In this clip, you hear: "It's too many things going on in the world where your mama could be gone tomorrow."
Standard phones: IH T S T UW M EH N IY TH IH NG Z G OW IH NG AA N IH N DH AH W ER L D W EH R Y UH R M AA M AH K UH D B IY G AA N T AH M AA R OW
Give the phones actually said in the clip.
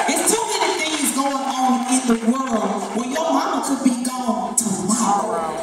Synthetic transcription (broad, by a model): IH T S T UW M EH N IY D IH Z G OW IH NG AA N IH N DH AH W ER L D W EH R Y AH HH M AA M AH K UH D B IY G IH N T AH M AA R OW